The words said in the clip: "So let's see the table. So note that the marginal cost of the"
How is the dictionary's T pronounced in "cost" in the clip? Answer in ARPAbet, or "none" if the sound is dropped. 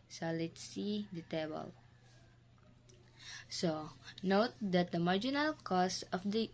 none